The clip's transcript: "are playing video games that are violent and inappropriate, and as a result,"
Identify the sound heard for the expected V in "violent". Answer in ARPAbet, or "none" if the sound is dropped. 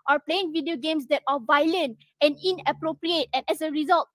V